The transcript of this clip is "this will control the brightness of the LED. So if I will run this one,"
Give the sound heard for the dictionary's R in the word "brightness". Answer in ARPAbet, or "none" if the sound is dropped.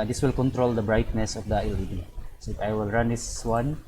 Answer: R